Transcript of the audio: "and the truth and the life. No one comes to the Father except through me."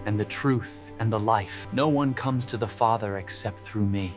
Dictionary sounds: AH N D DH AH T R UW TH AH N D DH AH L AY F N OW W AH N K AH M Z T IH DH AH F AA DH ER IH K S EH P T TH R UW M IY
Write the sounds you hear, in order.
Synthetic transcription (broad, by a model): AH N DH AH T R UW TH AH N DH AH L AY F N OW W AH N K AH M Z T IH DH AH F AA DH ER IH K S EH P T TH R UW M IY